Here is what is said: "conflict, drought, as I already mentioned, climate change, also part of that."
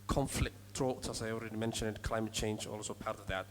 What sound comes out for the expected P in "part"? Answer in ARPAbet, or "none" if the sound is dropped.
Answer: P